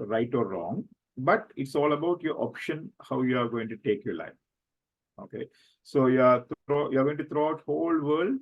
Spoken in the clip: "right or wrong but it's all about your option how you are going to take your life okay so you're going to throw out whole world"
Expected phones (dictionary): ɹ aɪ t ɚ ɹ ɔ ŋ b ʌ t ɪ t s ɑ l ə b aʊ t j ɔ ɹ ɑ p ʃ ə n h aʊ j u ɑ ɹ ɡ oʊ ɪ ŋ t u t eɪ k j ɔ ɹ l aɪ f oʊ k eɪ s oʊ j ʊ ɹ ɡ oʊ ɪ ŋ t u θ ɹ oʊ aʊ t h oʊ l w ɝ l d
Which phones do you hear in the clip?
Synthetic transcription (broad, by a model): ɹ aɪ t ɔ ɹ ɔ ŋ b ʌ t ɪ t s ɑ l ə b aʊ t j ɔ ɹ ɑ p ʃ ə n h aʊ j u ɑ ɹ ɡ oʊ ɪ ŋ t u t eɪ k j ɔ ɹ l aɪ f oʊ k eɪ s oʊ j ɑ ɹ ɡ oʊ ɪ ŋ t u t ɹ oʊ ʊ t h oʊ l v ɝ l d